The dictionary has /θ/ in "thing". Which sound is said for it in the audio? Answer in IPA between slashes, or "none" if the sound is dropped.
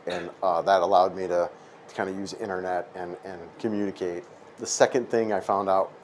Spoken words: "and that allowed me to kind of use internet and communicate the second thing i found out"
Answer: /θ/